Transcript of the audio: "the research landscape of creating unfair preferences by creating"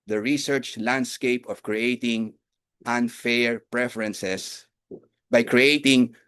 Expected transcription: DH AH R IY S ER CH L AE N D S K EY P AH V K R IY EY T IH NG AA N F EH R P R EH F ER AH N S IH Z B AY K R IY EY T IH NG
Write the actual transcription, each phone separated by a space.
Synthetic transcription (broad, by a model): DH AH R IY S ER CH L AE N D S K EY P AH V K R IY EY T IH NG AA N F EH R P R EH F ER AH N S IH S B AY K R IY EY T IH NG